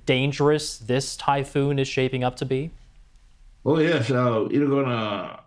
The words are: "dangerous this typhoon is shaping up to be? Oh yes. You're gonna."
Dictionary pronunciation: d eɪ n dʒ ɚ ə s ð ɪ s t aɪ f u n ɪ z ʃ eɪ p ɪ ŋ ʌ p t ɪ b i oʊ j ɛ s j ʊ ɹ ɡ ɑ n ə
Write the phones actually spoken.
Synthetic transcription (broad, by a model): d eɪ n dʒ ɚ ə s ð ɪ s t aɪ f u n ɪ z ʃ eɪ p ɪ ŋ ʌ p t ɪ b i oʊ j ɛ s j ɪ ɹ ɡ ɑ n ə